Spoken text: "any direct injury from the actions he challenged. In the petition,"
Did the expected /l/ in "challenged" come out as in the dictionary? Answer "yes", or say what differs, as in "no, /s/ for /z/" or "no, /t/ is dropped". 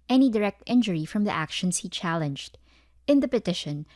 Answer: yes